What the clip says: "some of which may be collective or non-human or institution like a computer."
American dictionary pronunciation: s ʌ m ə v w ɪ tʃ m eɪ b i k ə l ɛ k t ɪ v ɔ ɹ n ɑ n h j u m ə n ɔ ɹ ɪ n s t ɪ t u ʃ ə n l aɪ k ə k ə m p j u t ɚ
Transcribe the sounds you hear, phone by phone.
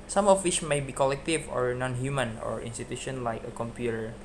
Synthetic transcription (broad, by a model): s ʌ m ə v w ɪ tʃ m eɪ b i k ə l ɛ k t ɪ v ɔ ɹ n ɑ n h j u m ə n ɔ ɹ ɪ n s t ɪ t u ʃ ə n l aɪ k ə k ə m p j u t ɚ